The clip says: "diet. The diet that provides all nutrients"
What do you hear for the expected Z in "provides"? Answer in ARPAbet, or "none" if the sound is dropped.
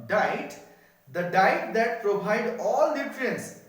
none